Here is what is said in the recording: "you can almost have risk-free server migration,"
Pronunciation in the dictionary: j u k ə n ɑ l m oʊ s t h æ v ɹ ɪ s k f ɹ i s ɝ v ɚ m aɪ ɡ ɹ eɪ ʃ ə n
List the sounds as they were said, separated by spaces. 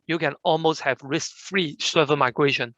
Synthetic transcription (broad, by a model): j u k ə n ɑ l m oʊ s t h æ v ɹ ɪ s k f ɹ i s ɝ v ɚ m aɪ ɡ ɹ eɪ ʃ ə n